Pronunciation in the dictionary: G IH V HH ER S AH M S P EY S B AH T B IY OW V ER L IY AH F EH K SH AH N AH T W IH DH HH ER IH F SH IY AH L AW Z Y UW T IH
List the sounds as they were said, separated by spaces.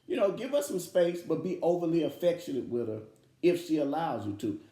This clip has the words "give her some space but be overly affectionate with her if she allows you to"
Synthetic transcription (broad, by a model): G IH V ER S AH M S P EY S B AH T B IY OW V ER L IY AH F EH K SH AH N AH T W IH DH ER IH F SH IY AH L AW Z Y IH T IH